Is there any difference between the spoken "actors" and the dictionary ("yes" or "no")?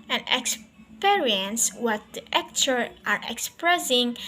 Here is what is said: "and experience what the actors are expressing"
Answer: yes